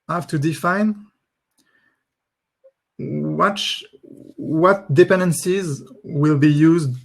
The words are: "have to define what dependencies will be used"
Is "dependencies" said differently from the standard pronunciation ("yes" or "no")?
no